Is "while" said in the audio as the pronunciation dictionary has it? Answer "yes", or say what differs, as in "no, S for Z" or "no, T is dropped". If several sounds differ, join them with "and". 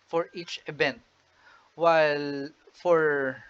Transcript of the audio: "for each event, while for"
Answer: yes